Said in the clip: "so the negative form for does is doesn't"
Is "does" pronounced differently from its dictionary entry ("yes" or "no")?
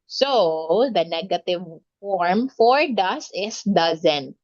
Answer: yes